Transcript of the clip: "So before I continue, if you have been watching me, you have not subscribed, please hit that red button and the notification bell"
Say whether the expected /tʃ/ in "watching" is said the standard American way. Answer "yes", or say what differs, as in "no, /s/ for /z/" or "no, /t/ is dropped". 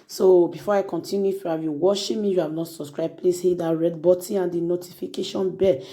no, /ʃ/ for /tʃ/